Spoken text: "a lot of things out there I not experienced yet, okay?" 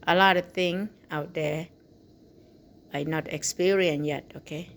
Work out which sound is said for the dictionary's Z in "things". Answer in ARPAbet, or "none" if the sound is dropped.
none